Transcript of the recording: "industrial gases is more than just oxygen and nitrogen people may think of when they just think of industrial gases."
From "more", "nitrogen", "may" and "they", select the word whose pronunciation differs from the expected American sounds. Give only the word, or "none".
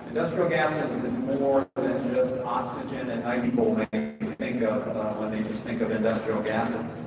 nitrogen